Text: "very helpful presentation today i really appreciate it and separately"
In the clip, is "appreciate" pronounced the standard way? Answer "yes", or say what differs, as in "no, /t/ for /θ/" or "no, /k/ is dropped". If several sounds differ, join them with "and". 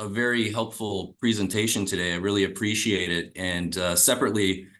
yes